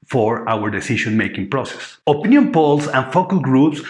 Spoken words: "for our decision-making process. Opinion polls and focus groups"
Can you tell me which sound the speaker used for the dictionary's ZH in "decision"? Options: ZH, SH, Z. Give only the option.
SH